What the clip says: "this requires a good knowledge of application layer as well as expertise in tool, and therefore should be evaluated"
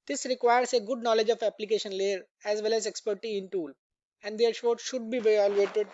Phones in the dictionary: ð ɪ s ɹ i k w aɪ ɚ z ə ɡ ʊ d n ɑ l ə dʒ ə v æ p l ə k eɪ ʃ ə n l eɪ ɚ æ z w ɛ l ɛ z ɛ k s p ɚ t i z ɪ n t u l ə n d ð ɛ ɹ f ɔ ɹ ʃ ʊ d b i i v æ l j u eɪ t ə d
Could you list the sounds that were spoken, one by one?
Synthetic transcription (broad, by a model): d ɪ s ɹ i k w aɪ ɚ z ə ɡ ʊ d n ɑ l ə dʒ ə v æ p l ə k eɪ ʃ ə n l eɪ ɚ æ z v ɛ l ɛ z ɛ k s p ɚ t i ɪ n t u l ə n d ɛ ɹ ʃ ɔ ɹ ʃ ʊ d b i i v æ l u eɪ t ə d